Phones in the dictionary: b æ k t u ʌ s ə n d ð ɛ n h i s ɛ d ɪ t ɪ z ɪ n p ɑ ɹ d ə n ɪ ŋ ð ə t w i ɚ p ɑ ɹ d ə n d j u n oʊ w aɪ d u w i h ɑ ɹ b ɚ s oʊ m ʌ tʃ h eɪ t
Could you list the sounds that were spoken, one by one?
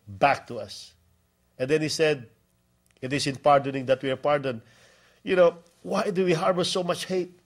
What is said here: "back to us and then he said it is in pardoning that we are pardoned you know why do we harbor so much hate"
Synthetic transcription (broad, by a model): b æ k t u ʌ s ə n d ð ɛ n h i s ɛ d ɪ t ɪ s ɪ n p ɑ ɹ d ə n ɪ ŋ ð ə t w i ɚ p ɑ ɹ d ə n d j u n oʊ w aɪ d u w i h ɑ ɹ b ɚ s oʊ m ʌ tʃ h eɪ t